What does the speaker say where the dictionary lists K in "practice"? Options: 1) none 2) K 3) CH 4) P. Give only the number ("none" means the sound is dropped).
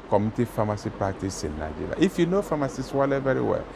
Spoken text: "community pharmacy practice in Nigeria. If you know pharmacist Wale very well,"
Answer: 1